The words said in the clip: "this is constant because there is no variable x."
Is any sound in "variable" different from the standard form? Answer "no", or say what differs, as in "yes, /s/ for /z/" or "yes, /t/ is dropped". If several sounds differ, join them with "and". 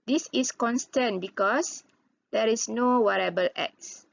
yes, /w/ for /v/